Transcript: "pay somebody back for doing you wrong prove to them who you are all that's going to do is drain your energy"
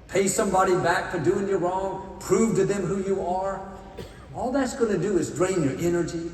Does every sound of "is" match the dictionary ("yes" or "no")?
yes